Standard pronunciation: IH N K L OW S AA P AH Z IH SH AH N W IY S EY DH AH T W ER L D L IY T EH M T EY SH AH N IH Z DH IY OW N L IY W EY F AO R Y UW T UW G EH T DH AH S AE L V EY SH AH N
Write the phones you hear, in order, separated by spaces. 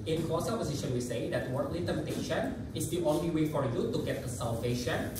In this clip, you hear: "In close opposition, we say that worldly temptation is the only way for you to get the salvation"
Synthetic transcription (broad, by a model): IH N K OW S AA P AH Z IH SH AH N W IY S EY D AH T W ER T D L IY T EH M T EY SH AH N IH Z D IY OW N L IY W EY F AO R Y UW T UW G EH T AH S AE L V EY SH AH N